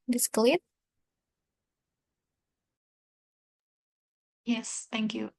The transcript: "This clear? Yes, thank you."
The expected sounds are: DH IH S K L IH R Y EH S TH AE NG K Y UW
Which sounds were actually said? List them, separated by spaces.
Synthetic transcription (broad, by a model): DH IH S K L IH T Y EH S TH AE NG K Y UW